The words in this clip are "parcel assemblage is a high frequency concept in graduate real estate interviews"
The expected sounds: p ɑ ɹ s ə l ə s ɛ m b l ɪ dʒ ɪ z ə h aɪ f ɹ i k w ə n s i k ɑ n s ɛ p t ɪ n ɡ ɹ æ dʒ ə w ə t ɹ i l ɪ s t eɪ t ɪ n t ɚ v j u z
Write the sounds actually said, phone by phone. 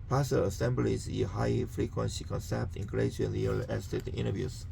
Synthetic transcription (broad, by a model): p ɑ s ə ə s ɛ m b l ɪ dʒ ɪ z ə h aɪ f ɹ i k w ə n s i k ɑ n s ɛ p t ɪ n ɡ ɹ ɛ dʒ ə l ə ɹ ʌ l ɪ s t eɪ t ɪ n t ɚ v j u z